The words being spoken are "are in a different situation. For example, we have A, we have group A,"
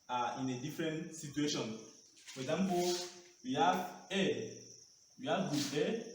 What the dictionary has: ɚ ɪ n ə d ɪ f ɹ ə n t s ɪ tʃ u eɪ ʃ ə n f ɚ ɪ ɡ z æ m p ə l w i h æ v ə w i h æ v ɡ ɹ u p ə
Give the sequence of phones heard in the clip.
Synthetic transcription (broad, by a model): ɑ ɪ n ə d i f ɹ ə n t s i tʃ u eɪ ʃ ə n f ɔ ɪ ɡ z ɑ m p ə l w i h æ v ə w i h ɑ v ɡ u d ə